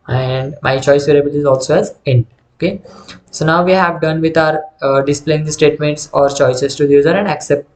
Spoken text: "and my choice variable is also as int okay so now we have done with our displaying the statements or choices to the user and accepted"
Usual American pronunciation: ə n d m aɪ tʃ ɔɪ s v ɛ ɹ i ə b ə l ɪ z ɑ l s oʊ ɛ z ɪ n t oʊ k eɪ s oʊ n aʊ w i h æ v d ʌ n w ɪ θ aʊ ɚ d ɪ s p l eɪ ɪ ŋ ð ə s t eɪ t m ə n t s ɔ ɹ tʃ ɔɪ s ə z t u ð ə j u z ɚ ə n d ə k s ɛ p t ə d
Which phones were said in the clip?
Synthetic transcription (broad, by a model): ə n d m aɪ tʃ ɔɪ s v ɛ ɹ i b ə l ɪ z ɑ l s oʊ ɛ z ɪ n oʊ k eɪ s oʊ n aʊ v i h æ v d ʌ n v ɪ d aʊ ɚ d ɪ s p l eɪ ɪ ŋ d s t eɪ t m ə n t s ɔ ɹ tʃ ɔɪ s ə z t u j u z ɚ ə n d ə k s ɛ p t